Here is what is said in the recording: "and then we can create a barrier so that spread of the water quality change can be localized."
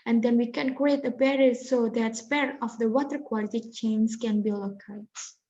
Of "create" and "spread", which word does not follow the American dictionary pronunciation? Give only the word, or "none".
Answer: spread